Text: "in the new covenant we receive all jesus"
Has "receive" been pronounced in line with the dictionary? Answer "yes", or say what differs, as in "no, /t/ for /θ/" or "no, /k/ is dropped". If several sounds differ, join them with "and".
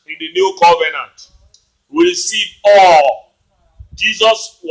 no, /p/ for /v/